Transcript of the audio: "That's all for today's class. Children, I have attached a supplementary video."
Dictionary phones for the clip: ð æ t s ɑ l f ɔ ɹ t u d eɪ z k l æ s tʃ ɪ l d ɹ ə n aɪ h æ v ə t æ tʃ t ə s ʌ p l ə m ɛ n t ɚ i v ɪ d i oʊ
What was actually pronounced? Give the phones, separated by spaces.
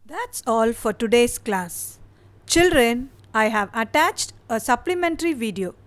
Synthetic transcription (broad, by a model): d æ t s ɑ l f ɔ ɹ t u d eɪ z k l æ s tʃ ɪ l d ɹ ə n aɪ h æ v ə t æ tʃ t ə s ʌ p l ə m ɛ n t ɚ i v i d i oʊ